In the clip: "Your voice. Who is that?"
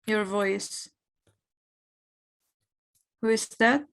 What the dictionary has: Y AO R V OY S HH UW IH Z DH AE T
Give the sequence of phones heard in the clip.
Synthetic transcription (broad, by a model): Y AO R V OY S HH UW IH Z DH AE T